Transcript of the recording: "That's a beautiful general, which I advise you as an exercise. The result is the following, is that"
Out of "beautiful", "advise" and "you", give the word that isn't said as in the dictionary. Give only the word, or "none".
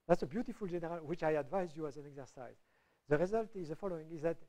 none